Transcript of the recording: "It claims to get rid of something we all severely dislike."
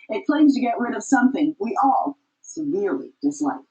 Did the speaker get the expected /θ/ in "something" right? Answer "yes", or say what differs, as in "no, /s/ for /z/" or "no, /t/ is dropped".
yes